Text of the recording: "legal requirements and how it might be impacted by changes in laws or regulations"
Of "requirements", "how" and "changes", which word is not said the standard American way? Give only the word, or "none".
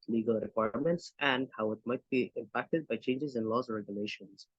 none